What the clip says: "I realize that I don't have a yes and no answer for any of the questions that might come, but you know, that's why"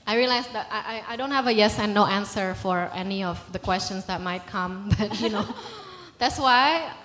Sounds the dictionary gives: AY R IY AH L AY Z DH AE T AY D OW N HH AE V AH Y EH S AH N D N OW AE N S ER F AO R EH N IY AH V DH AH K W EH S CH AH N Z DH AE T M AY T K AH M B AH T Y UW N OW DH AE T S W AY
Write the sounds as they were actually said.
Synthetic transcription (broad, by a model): AY R IY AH L AY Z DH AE T AY D OW N HH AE V AH Y EH S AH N N OW AE N S ER F AO R EH N IY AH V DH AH K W EH S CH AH N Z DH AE T M AY T K AH M B AH T Y UW N OW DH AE T S W AY